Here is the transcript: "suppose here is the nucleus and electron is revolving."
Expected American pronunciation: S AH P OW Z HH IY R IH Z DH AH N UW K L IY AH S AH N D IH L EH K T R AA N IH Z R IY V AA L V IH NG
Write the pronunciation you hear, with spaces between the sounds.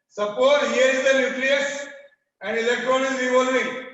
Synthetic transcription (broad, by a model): S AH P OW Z HH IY R IH Z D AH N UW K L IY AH S AH N D IH L EH K T R AA N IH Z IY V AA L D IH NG